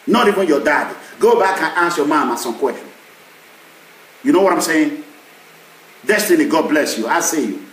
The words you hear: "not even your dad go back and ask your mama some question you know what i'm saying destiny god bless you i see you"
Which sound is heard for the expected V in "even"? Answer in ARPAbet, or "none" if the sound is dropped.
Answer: V